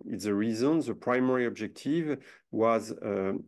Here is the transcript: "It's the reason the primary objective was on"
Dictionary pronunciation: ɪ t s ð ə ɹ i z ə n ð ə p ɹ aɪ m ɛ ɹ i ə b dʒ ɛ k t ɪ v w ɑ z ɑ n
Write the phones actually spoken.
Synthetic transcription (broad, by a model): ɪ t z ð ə ɹ i z ə n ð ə p ɹ aɪ m ɛ ɹ i ə b dʒ ɛ k t ɪ v w ɑ z